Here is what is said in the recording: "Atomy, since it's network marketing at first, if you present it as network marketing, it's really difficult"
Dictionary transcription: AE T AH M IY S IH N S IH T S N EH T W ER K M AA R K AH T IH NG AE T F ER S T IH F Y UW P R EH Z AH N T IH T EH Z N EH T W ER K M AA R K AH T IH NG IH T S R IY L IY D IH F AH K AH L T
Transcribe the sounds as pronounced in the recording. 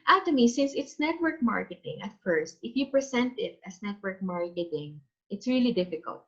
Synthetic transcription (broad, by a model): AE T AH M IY S IH N S IH T S N EH T W ER K M AA R K AH T IH NG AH T F ER S T IH F Y UW P R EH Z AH N T IH T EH S N EH T W ER K M AA R K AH T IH NG IH T S R IY L IY D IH F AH K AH L T